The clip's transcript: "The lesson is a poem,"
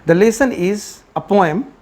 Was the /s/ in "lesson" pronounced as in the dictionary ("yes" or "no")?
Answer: yes